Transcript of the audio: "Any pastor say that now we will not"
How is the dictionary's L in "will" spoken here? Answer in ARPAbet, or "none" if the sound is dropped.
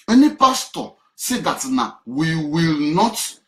L